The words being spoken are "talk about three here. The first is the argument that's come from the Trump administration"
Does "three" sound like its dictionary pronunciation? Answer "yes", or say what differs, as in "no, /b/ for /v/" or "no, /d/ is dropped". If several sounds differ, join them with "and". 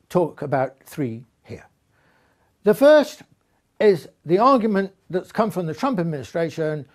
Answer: yes